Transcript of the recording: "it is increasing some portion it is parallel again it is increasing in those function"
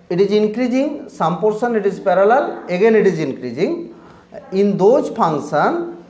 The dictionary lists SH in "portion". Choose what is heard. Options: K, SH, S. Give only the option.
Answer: S